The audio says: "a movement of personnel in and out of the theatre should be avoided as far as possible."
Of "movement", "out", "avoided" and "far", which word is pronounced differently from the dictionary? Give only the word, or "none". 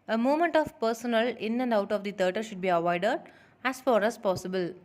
movement